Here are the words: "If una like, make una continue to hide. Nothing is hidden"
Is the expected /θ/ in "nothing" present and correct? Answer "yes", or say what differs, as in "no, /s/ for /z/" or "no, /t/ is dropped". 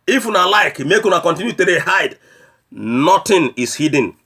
no, /t/ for /θ/